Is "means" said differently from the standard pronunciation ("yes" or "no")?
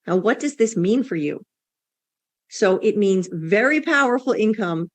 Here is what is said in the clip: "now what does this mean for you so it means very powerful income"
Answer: no